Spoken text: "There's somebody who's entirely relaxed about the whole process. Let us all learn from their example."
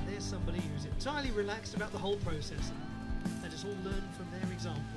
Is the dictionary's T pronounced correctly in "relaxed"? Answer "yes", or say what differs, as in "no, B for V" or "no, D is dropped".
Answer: yes